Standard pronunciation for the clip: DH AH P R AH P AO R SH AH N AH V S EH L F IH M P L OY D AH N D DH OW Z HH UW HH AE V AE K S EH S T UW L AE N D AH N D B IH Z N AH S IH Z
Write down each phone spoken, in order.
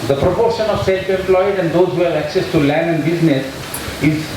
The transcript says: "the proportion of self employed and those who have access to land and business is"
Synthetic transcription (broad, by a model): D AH P R AH P AO R SH AH N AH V S EH L F IH M P L OY D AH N D OW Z HH UW HH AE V AE K S EH S T UW L AE N D AH N D B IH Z N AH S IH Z